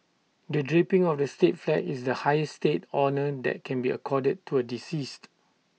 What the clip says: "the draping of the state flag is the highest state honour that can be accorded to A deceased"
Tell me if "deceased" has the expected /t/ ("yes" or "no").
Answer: yes